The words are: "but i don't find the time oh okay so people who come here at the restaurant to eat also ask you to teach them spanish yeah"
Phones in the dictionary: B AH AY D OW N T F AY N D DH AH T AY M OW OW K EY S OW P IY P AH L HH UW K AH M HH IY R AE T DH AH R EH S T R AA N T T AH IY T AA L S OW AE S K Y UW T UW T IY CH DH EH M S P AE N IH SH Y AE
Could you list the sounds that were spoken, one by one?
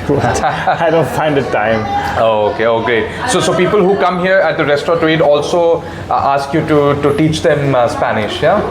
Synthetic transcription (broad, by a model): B AY D OW N T F AY N D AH T AY M OW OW K EY S OW P IY P AH L HH UW K AH M HH IY R AE T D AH R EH S T AA T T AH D AA L S OW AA S K Y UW T UW T IY CH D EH M S P AE N IH SH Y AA